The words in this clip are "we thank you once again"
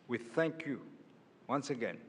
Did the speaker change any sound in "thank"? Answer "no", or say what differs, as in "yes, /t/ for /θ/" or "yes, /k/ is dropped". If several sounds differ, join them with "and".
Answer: no